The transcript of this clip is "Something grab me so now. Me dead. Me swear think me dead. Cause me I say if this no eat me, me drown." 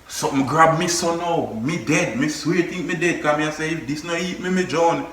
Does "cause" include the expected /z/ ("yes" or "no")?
no